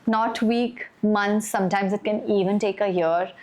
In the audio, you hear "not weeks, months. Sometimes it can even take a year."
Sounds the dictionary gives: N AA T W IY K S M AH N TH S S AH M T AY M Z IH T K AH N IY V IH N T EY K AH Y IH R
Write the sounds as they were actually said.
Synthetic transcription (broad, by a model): N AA T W IY K M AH N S S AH M T AY M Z IH T K AH N IY V IH N T EY K AH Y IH R